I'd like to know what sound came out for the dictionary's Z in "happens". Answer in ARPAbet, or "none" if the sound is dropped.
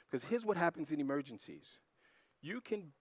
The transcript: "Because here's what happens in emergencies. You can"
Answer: Z